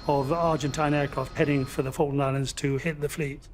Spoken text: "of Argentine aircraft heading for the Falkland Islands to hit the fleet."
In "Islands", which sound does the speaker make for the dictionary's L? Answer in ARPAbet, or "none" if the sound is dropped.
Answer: L